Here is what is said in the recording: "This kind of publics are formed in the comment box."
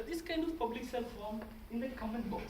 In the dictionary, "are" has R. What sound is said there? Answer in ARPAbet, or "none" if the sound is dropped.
L